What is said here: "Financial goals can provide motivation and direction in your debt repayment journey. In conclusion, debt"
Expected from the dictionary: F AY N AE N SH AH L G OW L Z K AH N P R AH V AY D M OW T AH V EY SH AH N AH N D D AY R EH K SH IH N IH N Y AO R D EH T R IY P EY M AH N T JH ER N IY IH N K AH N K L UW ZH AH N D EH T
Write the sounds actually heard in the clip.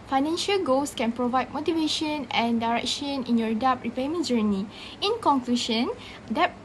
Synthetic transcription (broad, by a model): F AY N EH N SH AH L G OW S K AH N P R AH V AY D M OW T AH V EY SH AH N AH N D D AY R EH K SH IH N IH N Y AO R D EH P R IY P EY M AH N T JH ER N IY IH N K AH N K L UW SH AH N D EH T